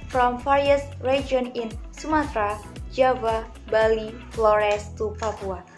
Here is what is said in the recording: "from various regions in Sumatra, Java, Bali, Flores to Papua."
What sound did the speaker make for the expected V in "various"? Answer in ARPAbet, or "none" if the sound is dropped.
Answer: F